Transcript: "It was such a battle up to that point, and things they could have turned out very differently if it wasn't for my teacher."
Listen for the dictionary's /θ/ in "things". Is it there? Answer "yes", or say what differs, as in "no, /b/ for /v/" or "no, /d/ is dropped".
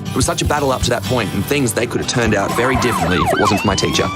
yes